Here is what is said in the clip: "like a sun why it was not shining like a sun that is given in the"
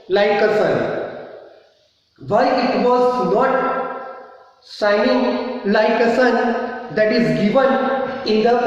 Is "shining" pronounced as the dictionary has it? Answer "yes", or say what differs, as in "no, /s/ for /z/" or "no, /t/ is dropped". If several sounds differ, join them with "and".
no, /s/ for /ʃ/